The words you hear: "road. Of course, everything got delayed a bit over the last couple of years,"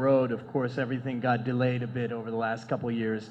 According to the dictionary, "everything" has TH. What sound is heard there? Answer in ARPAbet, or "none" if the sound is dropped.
TH